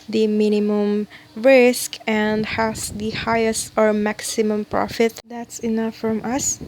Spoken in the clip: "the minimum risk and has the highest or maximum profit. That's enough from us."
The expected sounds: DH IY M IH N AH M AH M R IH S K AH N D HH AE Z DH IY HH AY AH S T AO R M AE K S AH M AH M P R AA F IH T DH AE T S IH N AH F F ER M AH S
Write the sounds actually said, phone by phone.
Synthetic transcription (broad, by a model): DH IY M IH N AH M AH M R IH S K AH N D HH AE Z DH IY HH AY AH S T AO R M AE K S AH M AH M P R AA F IH T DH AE T S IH N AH F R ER M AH S